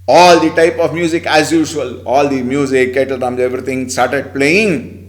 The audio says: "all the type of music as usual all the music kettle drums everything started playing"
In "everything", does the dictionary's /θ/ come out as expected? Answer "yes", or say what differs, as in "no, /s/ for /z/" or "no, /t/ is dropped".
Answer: no, /t/ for /θ/